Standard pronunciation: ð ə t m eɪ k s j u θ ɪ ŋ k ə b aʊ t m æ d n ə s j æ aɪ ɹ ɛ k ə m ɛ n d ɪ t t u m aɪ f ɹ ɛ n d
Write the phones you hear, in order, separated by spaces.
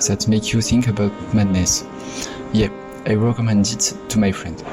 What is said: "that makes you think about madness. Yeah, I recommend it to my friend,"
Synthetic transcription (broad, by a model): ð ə t m eɪ k j u θ ɪ ŋ k ə b aʊ t m æ d n ə s j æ aɪ ɹ ɛ k ə m ɛ n d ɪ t t u m aɪ f ɹ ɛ n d